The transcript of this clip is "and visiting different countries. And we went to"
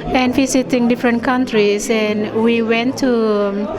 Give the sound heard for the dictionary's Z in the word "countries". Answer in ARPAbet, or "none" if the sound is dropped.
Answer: S